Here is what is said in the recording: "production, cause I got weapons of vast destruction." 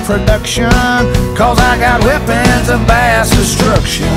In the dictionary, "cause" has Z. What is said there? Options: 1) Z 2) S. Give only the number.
1